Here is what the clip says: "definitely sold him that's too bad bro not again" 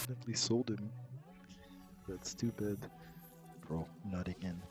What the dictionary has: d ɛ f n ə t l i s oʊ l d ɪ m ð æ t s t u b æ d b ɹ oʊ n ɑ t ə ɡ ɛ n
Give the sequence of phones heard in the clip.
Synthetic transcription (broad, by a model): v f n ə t l i s oʊ l d ɪ m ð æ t s t u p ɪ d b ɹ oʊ n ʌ t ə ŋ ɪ n